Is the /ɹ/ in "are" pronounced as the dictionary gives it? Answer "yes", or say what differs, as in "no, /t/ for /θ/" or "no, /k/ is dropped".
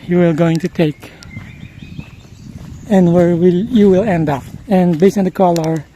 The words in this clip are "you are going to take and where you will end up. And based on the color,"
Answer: no, /l/ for /ɹ/